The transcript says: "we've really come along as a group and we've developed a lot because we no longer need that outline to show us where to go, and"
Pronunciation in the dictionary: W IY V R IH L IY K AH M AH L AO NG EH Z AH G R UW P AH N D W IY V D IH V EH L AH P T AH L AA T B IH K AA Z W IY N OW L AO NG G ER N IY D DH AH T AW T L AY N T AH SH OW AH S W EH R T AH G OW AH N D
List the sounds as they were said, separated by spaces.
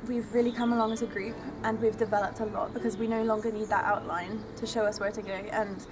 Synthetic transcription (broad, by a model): W IY V R IH L IY K AH M AH L AO NG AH Z AH G R UW P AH N W IY V D IH V EH L AH P T AH L AA T B IH K AA Z W IY N OW L AO NG G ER N IY D DH AH T AW T L AY N T AH SH OW AH S W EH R T AH G OW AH N